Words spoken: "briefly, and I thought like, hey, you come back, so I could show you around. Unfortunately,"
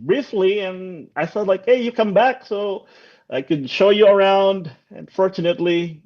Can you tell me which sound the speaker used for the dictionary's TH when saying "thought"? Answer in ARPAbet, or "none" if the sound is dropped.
S